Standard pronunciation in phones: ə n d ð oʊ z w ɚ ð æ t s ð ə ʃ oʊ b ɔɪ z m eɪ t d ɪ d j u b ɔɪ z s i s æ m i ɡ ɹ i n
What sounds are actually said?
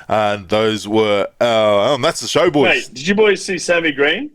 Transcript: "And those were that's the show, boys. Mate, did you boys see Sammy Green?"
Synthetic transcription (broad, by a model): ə n ð oʊ z w ɚ ð æ t s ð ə ʃ oʊ b ɔɪ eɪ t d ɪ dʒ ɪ b ɔɪ z s i s æ m i ɡ ɹ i n